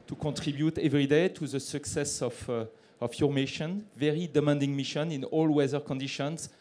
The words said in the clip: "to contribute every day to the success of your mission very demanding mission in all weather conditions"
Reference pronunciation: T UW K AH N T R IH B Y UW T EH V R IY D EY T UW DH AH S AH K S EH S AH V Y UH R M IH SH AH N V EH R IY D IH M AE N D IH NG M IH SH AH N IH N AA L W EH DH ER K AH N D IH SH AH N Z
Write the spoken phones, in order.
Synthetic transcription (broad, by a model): T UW K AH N T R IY B Y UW T EH V R IY D EY T UW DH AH S AH K S EH S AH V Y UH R M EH SH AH N V EH R IY D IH M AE N D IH NG M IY SH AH N IH N AA L W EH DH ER K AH N D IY SH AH N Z